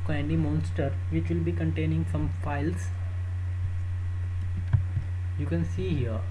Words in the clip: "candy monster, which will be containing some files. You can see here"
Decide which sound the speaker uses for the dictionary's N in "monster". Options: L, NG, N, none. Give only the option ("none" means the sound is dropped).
N